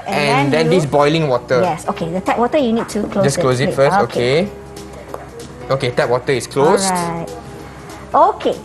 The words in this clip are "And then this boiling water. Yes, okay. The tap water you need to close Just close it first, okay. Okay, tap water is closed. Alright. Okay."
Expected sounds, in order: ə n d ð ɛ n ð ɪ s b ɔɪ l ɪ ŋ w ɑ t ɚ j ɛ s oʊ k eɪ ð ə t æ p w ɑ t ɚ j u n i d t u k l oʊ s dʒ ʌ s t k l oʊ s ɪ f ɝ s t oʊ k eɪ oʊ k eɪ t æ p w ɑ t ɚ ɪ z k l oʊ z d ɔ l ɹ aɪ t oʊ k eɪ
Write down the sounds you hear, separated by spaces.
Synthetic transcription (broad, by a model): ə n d ɛ n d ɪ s b ɔɪ l ɪ ŋ w ɑ t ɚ j ɛ s oʊ k eɪ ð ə t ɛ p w ɑ t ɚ j u n i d t u k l oʊ dʒ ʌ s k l oʊ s ɪ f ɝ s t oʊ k eɪ oʊ k eɪ t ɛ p w ɑ t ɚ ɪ s k l oʊ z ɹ aɪ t oʊ k eɪ